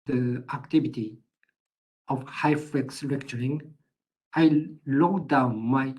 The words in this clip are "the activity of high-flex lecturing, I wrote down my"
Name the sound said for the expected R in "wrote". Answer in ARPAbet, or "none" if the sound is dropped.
L